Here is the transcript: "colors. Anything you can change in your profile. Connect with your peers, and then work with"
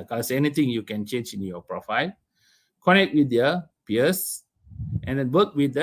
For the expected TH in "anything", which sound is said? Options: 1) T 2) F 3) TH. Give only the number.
1